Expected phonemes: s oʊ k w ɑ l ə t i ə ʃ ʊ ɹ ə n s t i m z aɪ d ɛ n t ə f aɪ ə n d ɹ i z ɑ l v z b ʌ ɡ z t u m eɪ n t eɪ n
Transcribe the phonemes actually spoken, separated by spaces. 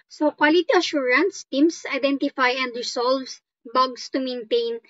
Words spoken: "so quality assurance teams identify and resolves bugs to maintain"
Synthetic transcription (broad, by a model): s oʊ k w ɑ l ə t i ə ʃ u ɹ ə n s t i m s aɪ d ɛ n t ə f aɪ ə n d ɹ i s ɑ l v s b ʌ ɡ s t u m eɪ n t eɪ n